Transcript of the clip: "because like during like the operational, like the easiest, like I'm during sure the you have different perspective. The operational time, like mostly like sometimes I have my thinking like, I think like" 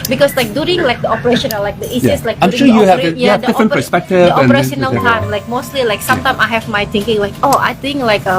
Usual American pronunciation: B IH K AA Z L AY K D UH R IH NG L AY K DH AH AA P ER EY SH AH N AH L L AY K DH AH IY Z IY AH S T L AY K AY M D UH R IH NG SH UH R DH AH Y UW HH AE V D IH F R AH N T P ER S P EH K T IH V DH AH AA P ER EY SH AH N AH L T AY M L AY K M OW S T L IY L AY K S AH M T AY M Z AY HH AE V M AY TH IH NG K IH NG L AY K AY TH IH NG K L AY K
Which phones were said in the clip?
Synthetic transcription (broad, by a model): B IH K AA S L AY K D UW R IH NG L AY K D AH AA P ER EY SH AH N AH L L AY K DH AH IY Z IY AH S L AY K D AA IH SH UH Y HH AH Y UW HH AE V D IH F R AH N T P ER S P EH K T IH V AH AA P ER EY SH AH N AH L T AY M L AY K M OW S T L IY L AY K S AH M T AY M AY HH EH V M AY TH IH NG K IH NG L AY K AY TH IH NG K L AY K